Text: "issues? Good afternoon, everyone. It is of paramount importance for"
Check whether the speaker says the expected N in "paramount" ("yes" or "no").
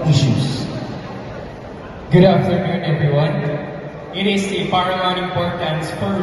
no